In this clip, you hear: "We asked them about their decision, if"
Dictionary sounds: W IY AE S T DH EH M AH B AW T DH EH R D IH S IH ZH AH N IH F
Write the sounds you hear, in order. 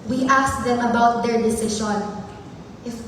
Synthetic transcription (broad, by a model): W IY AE S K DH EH M AH B AW T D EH R D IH S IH SH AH N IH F